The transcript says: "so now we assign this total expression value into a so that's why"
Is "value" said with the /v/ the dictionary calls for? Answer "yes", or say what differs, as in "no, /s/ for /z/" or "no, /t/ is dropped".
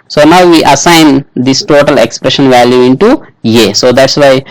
yes